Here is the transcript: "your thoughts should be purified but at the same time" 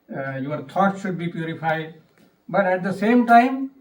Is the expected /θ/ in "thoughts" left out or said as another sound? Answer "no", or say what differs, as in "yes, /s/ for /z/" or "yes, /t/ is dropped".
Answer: yes, /t/ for /θ/